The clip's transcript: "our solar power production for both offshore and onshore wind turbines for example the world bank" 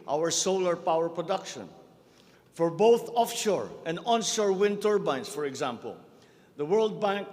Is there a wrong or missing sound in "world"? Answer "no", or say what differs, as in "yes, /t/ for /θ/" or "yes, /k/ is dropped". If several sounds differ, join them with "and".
no